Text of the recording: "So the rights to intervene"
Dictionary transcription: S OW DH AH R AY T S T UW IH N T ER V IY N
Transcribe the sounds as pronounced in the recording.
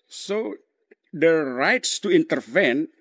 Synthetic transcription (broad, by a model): S OW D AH R AY T S T UW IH N T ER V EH N